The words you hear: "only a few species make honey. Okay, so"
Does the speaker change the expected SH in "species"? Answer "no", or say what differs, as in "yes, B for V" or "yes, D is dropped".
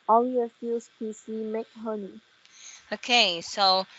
yes, S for SH